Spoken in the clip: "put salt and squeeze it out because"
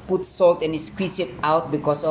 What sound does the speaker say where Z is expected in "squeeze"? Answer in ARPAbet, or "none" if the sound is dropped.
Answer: S